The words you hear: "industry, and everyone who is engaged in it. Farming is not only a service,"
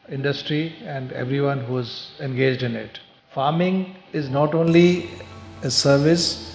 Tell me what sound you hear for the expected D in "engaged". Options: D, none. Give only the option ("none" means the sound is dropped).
D